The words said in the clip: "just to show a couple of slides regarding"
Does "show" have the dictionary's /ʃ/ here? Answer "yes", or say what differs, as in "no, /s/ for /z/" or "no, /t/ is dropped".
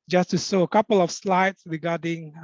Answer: no, /s/ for /ʃ/